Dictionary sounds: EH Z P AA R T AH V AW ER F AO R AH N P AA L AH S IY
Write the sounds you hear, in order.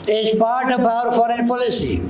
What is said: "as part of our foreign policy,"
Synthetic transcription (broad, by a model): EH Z P AA R T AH P AW ER F AO R AH N P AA L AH S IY